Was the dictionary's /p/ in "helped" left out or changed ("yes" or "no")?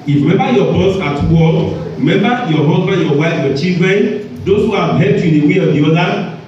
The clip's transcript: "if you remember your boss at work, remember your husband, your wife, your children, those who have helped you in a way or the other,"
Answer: yes